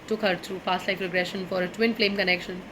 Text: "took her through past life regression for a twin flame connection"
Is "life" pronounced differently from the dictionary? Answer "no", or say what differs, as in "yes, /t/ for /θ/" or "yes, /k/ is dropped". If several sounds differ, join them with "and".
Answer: yes, /p/ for /f/